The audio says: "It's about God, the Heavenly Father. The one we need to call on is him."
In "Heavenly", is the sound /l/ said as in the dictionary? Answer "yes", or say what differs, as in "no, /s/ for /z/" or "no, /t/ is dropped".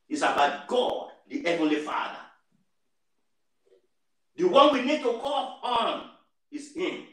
yes